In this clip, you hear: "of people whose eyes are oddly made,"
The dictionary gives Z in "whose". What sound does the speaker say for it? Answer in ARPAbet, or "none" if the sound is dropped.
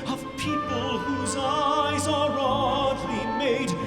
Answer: Z